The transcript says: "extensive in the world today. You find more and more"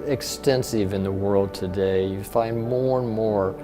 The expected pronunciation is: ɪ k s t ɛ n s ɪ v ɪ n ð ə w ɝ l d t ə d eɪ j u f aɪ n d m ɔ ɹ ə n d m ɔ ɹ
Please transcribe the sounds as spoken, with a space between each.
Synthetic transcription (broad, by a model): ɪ k s t ɛ n s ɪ v ɪ n ð ə w ɝ l d t ə d eɪ j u f aɪ n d m ɔ ɹ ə n m ɔ ɹ